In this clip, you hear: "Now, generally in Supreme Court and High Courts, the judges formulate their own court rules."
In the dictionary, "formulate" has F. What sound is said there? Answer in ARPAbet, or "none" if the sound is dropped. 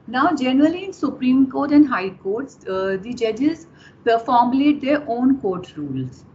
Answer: P